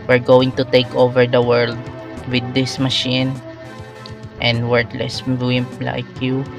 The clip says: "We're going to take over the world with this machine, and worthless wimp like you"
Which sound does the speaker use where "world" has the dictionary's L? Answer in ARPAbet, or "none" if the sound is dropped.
L